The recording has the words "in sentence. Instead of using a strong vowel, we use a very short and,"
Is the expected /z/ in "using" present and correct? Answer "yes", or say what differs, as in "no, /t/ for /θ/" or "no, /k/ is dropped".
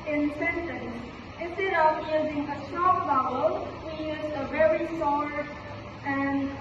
yes